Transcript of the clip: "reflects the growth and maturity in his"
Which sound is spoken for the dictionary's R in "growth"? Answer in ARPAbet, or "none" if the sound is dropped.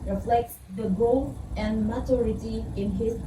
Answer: none